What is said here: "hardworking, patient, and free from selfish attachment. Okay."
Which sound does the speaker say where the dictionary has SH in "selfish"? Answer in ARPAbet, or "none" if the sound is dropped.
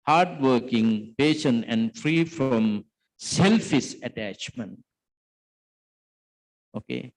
S